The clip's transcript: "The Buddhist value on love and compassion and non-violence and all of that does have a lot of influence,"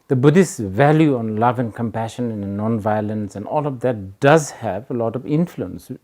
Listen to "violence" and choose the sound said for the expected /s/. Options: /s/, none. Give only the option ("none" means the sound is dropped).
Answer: /s/